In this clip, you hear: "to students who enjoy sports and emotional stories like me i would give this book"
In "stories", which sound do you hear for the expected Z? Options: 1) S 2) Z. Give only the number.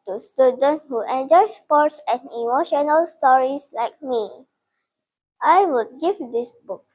1